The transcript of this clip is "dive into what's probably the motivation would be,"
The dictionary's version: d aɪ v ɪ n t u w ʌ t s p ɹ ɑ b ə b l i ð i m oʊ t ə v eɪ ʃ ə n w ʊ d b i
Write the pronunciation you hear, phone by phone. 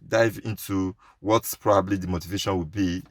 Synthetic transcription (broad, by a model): d aɪ v ɪ n t u w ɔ t p ɹ ɑ b ə b l i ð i m oʊ t ə v eɪ ʃ ə n w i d b i